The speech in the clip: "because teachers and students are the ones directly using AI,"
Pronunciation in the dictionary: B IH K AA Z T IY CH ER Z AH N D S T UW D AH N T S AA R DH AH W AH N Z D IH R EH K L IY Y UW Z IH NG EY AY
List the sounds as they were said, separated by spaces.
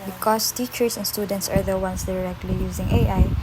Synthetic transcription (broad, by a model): B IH K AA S T IY CH ER S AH N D S T UW D AH N T S AA R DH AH W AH N S D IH R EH K L IY Y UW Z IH NG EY AY